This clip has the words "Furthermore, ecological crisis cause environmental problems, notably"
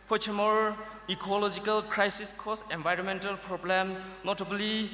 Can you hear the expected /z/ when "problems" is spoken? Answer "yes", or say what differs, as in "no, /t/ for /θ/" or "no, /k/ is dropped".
no, /z/ is dropped